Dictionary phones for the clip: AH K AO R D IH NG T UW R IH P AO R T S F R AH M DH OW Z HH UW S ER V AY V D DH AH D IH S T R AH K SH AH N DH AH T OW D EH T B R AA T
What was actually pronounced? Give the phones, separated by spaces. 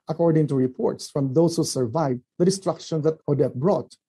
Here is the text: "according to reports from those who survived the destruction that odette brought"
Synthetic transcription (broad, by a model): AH K AO R D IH NG T UW R IH P AO R T S F R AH M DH OW S HH UW S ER V AY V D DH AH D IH S T R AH K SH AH N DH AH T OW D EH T B R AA T